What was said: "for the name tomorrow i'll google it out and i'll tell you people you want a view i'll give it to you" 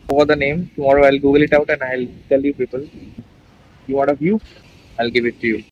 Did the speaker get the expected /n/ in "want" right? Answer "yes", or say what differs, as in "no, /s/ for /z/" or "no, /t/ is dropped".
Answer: no, /n/ is dropped